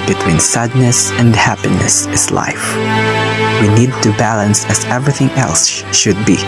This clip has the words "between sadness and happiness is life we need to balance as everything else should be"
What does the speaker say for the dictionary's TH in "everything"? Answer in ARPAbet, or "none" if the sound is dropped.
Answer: TH